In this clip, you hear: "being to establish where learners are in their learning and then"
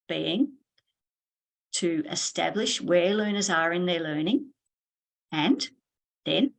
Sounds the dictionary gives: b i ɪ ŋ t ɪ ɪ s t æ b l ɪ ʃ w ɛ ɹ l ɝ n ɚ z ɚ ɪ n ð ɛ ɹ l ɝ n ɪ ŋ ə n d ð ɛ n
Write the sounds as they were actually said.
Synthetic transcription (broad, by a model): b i ɪ ŋ t ɪ ɪ s t æ b l ɪ ʃ w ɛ ɹ l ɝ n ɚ z ɚ ɪ n ð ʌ ɹ l ɝ n ɪ ŋ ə n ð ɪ n